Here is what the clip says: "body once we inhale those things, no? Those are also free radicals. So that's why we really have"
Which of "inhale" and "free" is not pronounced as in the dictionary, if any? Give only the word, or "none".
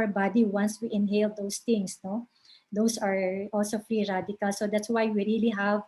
none